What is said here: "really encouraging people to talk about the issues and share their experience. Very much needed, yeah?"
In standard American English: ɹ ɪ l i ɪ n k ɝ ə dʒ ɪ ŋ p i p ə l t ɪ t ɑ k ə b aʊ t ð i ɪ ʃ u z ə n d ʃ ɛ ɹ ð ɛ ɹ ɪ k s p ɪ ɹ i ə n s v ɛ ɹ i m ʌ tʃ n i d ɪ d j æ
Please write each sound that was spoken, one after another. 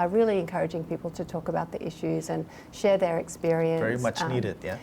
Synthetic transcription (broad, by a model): ɹ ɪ l i ɪ n k ɝ ə dʒ ɪ ŋ p i p l t ɪ t ɑ k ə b aʊ t ð i ɪ ʃ u z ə n ʃ ɛ ɹ ð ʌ ɹ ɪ k s p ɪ ɹ i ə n v ɛ ɹ i m ʌ tʃ n i d ɪ d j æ